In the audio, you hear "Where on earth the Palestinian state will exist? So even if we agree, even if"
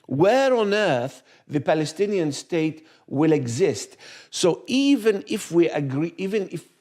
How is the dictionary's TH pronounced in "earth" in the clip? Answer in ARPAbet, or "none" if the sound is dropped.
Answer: TH